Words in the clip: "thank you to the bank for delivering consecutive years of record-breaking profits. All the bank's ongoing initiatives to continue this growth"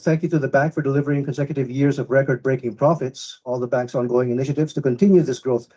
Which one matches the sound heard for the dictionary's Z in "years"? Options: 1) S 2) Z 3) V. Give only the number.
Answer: 2